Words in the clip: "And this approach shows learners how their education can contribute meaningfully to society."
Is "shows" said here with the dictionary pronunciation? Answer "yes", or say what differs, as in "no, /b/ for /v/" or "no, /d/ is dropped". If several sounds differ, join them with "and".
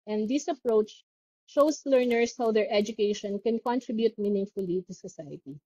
no, /s/ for /z/